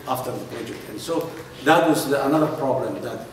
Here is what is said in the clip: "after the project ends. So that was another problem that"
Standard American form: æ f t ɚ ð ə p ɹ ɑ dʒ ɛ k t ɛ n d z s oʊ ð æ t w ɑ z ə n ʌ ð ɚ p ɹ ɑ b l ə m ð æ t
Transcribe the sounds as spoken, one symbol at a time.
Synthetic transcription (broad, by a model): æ f t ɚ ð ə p ɛ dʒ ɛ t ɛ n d s oʊ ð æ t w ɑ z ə n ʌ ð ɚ p ɹ ɑ b l ə m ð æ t